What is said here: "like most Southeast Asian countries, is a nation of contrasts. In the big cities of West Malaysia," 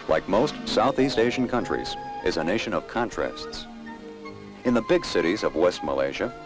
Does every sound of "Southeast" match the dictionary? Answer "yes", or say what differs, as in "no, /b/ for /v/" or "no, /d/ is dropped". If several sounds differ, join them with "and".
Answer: yes